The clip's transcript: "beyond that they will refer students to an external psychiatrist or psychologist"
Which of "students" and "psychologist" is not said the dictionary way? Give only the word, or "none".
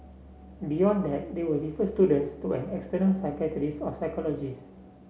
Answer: psychologist